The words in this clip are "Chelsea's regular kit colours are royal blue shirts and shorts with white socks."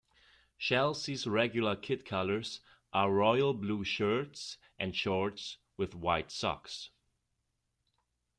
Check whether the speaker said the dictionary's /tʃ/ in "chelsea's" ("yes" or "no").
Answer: no